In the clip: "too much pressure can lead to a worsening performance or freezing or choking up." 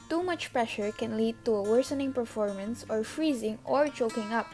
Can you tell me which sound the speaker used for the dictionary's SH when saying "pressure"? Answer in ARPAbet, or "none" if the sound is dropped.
SH